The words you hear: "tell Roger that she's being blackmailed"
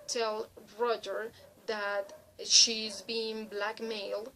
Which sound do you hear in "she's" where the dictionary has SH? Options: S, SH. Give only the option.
SH